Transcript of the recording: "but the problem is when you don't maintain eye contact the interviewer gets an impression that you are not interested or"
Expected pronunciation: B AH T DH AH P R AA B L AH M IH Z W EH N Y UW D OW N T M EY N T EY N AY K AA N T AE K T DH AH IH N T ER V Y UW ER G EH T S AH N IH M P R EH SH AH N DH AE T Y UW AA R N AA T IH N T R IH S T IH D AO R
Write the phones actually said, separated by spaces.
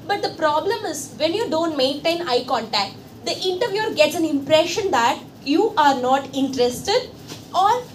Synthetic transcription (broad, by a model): B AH T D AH P R AA B L AH M IH Z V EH N Y UW D OW N T M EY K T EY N AY K AA N T AE K T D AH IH N T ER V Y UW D G EH T S AH N IH M P R EH SH AH N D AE T Y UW AA R N AA T IH N T R IH S T IH D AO R